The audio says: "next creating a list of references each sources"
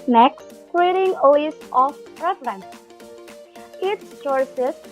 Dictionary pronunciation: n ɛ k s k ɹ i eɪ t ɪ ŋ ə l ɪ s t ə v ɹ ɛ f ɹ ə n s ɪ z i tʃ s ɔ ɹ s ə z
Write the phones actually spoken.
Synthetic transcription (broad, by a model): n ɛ k s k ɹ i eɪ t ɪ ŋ ə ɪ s ə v ɹ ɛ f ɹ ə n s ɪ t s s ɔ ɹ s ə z